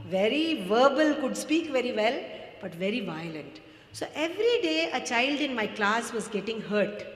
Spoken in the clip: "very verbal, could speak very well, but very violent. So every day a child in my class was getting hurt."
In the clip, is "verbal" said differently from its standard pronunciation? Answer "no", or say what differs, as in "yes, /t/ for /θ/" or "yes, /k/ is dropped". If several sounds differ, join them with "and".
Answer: no